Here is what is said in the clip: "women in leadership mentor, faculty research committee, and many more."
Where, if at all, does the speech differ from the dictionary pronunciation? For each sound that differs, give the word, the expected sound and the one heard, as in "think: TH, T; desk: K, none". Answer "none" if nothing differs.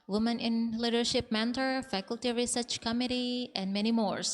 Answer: none